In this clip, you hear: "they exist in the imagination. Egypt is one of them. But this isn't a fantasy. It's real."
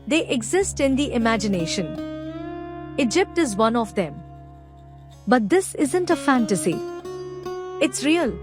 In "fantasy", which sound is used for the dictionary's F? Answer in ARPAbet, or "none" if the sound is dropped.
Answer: F